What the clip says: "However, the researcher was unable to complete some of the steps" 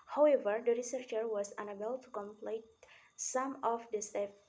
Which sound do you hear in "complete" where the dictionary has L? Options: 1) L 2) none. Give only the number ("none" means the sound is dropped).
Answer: 1